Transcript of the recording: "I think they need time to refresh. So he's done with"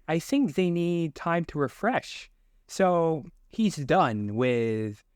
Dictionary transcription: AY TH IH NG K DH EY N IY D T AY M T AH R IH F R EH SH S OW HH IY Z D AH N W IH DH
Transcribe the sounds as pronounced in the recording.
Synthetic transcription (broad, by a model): AY TH IH NG K DH EY N IY D T AY M T AH R IH F R EH SH S OW HH IY Z D AH N W IH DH